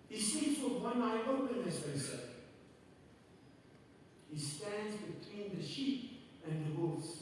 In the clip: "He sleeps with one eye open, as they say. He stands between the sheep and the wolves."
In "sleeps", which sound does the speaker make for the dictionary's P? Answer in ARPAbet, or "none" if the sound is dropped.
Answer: none